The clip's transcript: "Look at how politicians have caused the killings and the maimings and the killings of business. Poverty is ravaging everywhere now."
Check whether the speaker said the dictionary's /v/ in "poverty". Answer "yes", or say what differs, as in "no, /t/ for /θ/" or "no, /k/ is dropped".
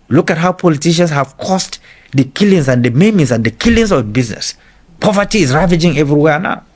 yes